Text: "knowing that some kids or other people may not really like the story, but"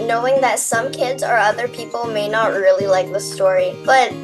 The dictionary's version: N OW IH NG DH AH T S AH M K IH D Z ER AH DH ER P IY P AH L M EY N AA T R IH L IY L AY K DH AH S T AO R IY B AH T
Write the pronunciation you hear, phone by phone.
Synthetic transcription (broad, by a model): N OW IH NG DH AH T S AH M K IH D Z ER AH DH ER P IY P L M EY N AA T R IH L IY L AY K DH AH S T AO R IY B AH T